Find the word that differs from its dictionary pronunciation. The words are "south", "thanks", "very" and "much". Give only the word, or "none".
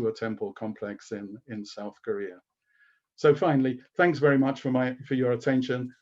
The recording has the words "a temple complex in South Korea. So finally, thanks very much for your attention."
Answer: none